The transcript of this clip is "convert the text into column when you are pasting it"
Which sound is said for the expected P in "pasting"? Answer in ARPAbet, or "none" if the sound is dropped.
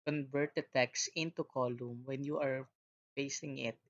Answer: F